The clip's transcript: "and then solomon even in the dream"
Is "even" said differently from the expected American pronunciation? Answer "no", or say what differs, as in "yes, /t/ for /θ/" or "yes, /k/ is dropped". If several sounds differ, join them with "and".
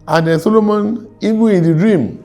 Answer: yes, /n/ is dropped